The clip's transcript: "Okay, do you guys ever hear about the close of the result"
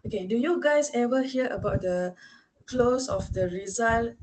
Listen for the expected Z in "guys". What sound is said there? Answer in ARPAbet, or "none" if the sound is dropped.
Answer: S